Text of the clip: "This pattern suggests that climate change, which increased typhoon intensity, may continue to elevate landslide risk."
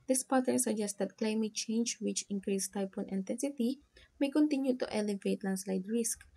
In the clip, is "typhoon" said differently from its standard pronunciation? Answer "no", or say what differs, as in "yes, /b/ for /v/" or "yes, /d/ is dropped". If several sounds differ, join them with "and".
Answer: yes, /p/ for /f/